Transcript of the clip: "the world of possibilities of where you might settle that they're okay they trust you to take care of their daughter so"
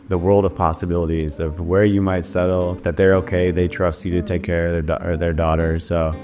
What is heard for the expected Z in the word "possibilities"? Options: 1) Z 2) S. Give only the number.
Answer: 1